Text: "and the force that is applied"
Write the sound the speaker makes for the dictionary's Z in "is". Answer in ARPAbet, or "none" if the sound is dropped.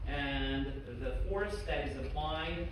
Z